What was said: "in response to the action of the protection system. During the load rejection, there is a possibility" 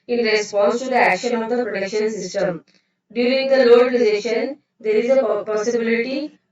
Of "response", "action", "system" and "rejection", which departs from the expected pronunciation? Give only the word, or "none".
rejection